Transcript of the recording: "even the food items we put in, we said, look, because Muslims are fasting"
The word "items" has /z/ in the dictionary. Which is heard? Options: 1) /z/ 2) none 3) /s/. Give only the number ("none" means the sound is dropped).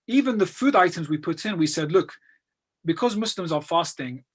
1